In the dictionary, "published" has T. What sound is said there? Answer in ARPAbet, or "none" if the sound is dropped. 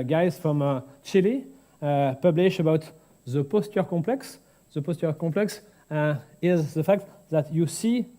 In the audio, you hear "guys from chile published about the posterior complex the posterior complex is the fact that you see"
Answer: none